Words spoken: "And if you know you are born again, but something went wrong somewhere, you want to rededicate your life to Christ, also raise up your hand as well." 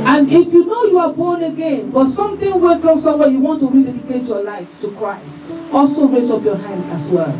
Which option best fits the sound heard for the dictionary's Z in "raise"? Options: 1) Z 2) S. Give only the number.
2